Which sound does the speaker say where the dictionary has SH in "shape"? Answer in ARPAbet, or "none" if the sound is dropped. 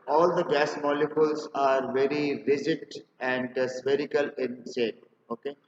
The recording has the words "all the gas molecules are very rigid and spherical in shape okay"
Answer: S